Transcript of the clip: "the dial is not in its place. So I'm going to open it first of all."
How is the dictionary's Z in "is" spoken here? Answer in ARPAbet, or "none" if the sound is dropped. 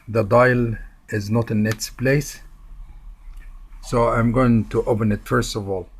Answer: Z